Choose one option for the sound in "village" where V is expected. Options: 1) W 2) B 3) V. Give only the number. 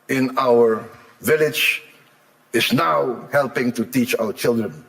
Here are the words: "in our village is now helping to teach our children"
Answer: 3